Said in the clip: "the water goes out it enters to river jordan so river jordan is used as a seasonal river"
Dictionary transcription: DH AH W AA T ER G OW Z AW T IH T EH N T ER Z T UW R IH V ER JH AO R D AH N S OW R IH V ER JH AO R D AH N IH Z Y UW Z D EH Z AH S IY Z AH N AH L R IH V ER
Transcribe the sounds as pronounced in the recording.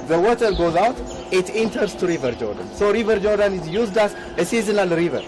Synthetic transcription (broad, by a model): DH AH W AA T ER G OW Z AW T IH T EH N T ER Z T UW R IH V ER JH AO R D AH N S OW R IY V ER JH AO R D AH N IH Z Y UW Z D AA S AH S IY Z AH N AH L R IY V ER